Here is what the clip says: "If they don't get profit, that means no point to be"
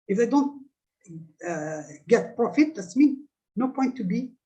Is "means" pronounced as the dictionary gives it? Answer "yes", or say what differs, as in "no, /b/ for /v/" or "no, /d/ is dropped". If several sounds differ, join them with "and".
no, /z/ is dropped